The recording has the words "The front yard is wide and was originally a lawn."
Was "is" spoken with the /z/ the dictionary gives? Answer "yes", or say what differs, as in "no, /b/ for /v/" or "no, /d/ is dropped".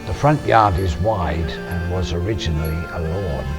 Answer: yes